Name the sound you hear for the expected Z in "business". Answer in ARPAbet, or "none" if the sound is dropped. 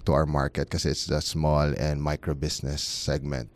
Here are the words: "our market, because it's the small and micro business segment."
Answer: S